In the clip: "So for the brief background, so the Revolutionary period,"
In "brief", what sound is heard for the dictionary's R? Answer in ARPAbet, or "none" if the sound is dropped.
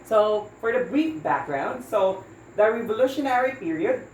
none